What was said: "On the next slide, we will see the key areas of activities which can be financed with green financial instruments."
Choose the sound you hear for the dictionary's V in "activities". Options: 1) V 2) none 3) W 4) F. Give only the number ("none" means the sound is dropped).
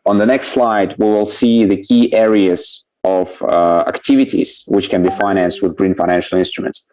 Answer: 1